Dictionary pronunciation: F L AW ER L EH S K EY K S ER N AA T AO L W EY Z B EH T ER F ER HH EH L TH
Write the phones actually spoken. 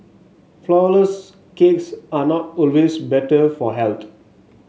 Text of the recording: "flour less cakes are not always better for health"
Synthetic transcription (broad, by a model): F L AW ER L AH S K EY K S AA N AA T AO L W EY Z B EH T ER F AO HH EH L T